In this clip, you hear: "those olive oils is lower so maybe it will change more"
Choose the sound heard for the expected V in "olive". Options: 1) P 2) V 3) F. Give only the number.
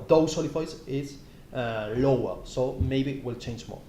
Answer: 3